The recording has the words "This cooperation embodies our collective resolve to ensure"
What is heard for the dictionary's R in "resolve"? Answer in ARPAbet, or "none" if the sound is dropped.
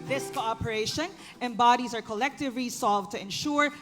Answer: L